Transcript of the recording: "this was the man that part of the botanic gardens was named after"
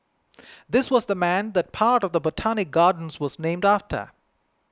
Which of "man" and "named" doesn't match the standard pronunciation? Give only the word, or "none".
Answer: none